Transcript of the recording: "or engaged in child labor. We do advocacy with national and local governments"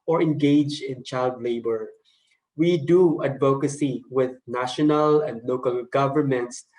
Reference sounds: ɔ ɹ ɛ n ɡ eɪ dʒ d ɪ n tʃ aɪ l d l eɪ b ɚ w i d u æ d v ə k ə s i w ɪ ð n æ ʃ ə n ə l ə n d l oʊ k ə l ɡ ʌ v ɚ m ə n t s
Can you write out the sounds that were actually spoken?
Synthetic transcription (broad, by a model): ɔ ɹ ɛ n ɡ eɪ dʒ ɪ n tʃ aɪ l d l eɪ b ɚ w i d u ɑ d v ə k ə s i w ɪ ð n æ ʃ ə n ə l ə n d l oʊ k ə l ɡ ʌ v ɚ m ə n t s